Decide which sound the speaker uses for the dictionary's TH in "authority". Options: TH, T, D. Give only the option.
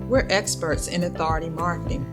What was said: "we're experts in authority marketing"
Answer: TH